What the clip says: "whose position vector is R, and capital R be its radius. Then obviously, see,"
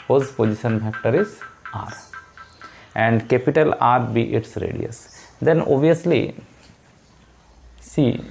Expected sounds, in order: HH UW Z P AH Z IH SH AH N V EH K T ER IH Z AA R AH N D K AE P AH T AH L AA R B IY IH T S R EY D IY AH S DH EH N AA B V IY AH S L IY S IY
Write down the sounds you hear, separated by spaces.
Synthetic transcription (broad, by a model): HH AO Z P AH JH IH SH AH N F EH K T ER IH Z AA R AH N D K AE P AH T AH L AA R B IY IH T S R EY D IY AH S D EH N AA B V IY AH S L IY S IY